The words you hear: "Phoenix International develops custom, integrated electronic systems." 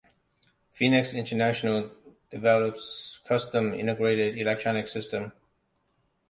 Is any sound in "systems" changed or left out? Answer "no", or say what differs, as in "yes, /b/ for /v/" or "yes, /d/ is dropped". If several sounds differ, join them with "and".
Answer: yes, /z/ is dropped